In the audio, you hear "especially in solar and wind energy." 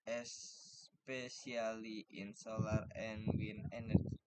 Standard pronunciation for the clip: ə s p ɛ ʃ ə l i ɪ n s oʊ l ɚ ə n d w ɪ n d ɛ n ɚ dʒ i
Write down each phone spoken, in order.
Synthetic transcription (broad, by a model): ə s p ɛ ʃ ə l i ɪ n s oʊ l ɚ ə n w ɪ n ɛ n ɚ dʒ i